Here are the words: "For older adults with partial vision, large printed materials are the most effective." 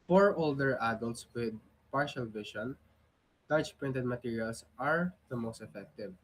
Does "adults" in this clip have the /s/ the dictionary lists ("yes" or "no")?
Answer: yes